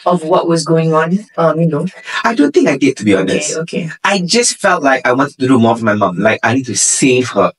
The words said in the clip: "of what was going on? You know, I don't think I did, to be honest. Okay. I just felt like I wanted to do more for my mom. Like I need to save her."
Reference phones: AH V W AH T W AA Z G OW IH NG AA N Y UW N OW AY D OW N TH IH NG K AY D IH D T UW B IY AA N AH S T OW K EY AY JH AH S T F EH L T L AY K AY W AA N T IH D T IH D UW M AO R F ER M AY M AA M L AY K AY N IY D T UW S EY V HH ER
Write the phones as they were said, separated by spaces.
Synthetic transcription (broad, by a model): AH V W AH T W AA Z G OW IH NG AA N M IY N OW AY D OW N TH IH NG K AY D IH D T UW B IY AA N AH S T OW K EY AY JH AH S T F EH L T L AY K AY W AA N T IH D T IH D UW M AO R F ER M AY M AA M L AY K AY N IY D T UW S EY V HH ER